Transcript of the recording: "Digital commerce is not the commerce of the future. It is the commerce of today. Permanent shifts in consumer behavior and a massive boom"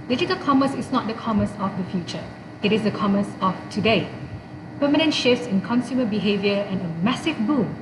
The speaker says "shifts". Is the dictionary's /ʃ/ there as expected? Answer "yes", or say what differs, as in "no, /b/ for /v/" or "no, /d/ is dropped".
yes